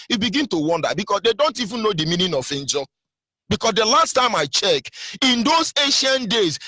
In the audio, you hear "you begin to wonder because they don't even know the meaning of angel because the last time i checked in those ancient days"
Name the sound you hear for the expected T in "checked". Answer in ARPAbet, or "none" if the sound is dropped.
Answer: none